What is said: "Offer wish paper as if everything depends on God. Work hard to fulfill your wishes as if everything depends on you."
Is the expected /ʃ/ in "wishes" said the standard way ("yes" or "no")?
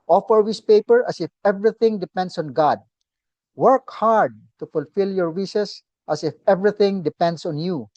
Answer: no